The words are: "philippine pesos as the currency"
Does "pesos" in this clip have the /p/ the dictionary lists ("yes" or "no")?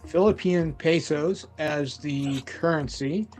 yes